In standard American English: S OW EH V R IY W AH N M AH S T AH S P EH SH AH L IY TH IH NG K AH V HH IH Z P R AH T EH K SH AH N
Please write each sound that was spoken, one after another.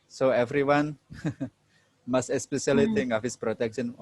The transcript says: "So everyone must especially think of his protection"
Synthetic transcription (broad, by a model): S OW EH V R IY W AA N M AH S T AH S P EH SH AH L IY T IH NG AH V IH S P R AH T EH K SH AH N